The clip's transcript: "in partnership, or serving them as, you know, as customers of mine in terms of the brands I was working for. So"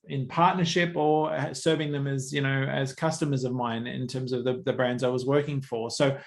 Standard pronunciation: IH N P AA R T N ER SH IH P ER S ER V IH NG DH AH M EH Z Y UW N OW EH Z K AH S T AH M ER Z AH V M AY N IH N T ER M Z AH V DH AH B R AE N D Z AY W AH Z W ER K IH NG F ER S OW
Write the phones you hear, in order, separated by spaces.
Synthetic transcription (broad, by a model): IH N P AA R T N ER SH IH P ER S ER V IH NG DH AH M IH Z Y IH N OW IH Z K AH S T AH M ER Z AH V M AY N IH N T ER M Z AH V DH AH B R AE N D Z AY W AH Z W ER K IH NG F ER S OW